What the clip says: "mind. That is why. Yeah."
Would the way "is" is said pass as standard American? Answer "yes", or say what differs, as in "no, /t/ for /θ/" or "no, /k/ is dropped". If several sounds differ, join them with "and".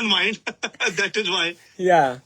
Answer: yes